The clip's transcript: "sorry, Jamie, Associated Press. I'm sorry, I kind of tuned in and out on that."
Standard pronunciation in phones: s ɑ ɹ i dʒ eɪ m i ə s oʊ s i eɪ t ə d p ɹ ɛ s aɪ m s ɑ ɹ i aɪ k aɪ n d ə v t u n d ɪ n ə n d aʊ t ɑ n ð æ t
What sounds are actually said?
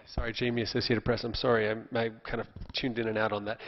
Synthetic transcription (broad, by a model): s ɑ ɹ i dʒ eɪ m i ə s oʊ s i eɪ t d p ɹ ɛ s aɪ m s ɑ ɹ i aɪ k aɪ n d ə v t u n d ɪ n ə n aʊ t n ð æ t